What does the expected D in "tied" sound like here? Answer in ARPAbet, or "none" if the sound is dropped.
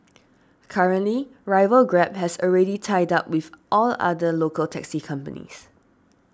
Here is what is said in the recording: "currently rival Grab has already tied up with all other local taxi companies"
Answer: D